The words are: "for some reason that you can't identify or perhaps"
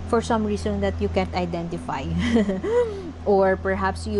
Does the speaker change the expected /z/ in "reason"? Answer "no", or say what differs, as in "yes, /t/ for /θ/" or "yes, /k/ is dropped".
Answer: yes, /s/ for /z/